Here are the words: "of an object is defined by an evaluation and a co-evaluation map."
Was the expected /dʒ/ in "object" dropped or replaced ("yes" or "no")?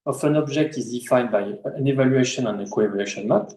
yes